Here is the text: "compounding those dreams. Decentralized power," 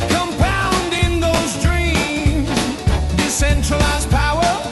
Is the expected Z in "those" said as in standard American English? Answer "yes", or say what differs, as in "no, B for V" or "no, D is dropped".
yes